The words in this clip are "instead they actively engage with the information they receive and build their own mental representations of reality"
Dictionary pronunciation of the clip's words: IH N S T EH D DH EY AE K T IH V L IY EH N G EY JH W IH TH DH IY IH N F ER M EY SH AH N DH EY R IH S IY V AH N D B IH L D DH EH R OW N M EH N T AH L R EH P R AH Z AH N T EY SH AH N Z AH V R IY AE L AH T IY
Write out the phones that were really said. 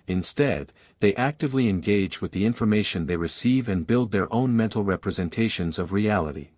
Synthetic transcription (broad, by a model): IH N S T EH D DH EY AE K T IH V L IY EH N G EY JH W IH DH IY IH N F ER M EY SH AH N DH EY R IH S IY V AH N B IH L D DH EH R OW N M EH N T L R EH P R AH Z AH N T EY SH AH N Z AH V R IY AE L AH T IY